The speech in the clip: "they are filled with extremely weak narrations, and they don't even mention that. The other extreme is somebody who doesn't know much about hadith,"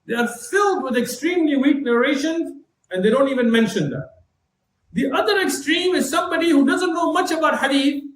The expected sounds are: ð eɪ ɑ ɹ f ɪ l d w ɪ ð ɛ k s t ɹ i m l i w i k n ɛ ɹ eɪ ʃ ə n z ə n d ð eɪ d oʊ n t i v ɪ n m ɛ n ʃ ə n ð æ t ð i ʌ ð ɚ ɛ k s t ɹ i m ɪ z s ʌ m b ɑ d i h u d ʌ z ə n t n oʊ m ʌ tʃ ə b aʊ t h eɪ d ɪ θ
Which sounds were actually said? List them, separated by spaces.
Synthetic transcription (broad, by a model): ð eɪ ɑ ɹ f ɪ l d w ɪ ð ɛ k s t ɹ i m l i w i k n ɛ ɹ eɪ ʃ ə n z ə n d eɪ d oʊ n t i v ɪ n m ɛ n ʃ ə n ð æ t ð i ʌ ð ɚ ɛ k s t ɹ i m ɪ z s ʌ m b ɑ d i h u d ʌ z ə n t n oʊ m ʌ tʃ ə b aʊ t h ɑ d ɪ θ